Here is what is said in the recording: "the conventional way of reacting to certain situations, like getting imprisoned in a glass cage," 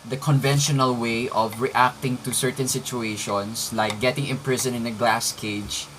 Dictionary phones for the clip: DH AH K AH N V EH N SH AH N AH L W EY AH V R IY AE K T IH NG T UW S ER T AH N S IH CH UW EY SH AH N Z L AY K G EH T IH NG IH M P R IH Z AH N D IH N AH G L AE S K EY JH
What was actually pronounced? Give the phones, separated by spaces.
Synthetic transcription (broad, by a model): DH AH K AH N V EH N SH AH N AH L W EY AH V R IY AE K T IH NG T UW S ER T AH N S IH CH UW EY SH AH N S L AY K G EH T IH NG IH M P R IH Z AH N IH N AH G L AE S K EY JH